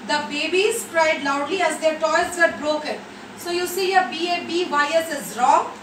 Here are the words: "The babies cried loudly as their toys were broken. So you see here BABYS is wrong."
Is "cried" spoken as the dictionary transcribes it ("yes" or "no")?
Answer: yes